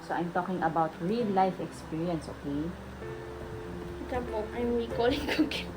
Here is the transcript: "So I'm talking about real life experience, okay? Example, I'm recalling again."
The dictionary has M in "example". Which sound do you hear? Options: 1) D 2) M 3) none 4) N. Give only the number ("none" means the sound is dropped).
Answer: 3